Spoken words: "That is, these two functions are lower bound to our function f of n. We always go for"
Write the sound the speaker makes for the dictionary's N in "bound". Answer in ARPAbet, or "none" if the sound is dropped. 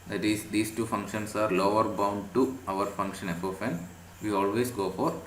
N